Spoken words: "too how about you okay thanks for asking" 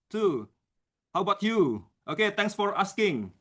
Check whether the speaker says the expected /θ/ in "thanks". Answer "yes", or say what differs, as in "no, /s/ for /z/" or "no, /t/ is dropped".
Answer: no, /t/ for /θ/